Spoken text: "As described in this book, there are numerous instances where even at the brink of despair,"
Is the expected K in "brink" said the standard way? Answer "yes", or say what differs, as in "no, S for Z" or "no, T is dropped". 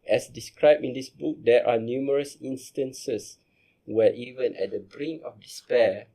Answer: no, K is dropped